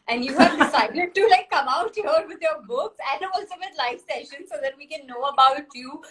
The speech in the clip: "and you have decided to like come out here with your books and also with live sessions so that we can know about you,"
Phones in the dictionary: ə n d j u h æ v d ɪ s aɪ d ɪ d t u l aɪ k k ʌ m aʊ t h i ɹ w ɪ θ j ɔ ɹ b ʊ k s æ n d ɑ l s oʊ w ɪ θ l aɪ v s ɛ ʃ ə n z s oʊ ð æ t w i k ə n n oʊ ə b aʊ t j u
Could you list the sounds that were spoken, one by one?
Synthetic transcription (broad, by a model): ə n d j u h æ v d ɪ s aɪ d ɪ d t u l aɪ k k ʌ m aʊ t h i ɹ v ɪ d j ɔ ɹ b ʊ k s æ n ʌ ɑ l s oʊ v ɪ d l aɪ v s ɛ ʃ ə n s oʊ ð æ t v i k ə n n oʊ ə b aʊ t j u